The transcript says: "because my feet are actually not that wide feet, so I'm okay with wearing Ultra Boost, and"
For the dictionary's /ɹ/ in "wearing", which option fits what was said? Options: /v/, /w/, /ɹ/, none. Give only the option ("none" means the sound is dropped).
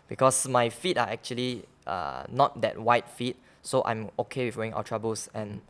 none